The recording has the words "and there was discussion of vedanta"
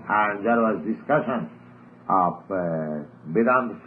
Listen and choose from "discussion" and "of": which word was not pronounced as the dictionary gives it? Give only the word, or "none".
of